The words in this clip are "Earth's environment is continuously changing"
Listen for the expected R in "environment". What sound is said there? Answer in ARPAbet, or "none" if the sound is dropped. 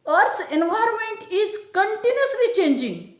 R